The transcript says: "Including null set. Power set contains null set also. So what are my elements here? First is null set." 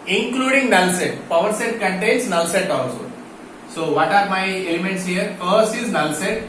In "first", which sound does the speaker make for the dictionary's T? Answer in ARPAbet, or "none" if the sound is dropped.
none